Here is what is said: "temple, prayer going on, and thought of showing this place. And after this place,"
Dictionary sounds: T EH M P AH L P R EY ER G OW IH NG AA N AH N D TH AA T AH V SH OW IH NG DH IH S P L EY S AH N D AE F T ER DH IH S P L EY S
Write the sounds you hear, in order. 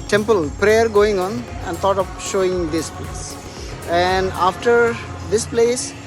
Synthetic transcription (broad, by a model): T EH M P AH L P R EY ER G OW IH NG AA N AH N D T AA T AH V SH OW IH NG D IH S P L EY S AH N D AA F T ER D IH S P L EY S